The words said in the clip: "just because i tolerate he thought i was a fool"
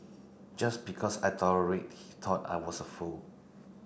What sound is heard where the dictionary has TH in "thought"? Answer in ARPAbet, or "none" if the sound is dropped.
T